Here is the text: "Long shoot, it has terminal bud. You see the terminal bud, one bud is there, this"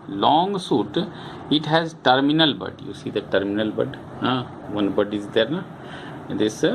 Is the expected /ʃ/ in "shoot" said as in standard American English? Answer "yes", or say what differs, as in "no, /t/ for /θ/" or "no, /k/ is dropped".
no, /s/ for /ʃ/